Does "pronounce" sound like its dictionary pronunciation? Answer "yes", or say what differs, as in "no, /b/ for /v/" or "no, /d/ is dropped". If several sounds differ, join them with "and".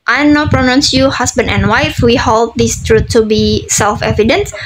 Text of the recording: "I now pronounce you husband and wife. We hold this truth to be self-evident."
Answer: yes